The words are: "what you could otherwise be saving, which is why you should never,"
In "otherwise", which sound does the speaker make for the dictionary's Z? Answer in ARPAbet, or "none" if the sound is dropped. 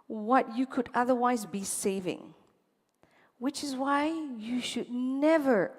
Z